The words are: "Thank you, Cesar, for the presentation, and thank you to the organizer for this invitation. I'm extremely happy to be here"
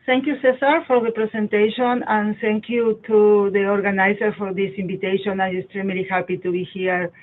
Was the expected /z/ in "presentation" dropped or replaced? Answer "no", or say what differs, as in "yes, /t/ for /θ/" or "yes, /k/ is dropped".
yes, /s/ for /z/